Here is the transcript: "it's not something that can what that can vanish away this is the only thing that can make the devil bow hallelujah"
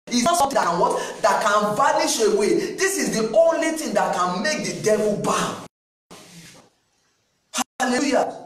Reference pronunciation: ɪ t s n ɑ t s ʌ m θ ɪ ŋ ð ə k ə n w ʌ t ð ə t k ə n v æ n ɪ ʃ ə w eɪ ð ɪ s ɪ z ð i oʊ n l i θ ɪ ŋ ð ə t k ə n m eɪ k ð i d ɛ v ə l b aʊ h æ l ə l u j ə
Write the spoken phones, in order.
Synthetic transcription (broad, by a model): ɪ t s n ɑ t s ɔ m t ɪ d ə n w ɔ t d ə t k ə n v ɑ n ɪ ʃ ə w eɪ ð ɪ s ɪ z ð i oʊ n l i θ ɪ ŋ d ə t k ə n m eɪ k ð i d ɛ v ə l b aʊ h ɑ l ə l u j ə